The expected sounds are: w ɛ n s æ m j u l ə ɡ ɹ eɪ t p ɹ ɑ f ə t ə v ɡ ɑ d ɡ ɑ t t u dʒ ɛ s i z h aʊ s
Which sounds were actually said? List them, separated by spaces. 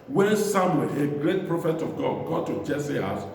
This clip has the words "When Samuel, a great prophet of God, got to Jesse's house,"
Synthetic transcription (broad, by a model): w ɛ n s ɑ m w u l ə ɡ ɹ eɪ t p ɹ ɑ f ə t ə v ɡ ɑ d ɡ ɑ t t u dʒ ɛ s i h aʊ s